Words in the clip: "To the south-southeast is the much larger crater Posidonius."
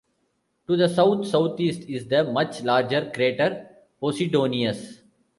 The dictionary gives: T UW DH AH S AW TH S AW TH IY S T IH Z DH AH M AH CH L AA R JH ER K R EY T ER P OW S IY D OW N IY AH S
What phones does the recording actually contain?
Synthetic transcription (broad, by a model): T UW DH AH S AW T S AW T IY S T IH Z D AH M AH CH L AA R JH ER K R EY T ER P OW S IY D OW N IY AH S